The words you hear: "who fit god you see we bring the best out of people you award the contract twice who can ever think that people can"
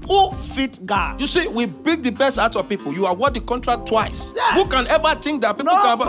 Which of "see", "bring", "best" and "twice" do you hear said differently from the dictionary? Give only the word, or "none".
bring